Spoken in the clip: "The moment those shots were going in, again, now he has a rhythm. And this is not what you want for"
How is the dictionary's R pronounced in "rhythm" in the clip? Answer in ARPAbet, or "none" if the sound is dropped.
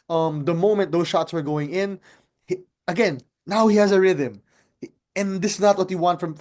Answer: R